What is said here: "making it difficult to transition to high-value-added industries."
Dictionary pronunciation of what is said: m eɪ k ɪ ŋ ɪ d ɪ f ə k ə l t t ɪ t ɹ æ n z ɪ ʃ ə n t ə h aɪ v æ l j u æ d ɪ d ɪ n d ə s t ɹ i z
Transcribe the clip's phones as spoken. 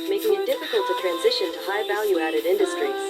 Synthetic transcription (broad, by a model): m eɪ ɪ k ɪ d ɪ f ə k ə l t t ɪ t ɹ æ n z ɪ ʃ ə n t ə h aɪ v æ l j u æ d ɪ d ɪ n d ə s t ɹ i